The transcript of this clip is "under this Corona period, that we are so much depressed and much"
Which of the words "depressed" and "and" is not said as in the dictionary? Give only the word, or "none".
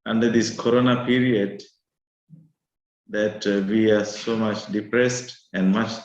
none